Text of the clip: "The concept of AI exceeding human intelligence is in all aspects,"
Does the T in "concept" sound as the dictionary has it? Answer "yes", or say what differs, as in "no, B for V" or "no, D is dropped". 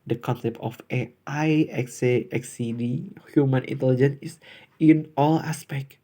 yes